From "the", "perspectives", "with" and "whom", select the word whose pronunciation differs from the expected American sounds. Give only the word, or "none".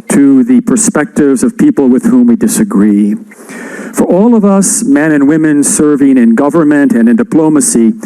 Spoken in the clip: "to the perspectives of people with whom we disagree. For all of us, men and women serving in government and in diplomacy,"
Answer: none